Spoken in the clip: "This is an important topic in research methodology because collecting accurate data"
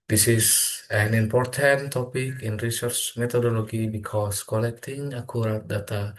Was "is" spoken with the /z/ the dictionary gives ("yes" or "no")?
no